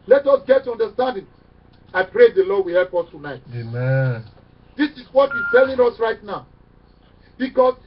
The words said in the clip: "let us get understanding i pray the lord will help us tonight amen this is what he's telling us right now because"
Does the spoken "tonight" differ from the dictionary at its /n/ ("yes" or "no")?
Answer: no